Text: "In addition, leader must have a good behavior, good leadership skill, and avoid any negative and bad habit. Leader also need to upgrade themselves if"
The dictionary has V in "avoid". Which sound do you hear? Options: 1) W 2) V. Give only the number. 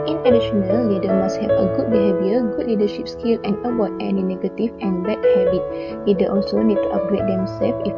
1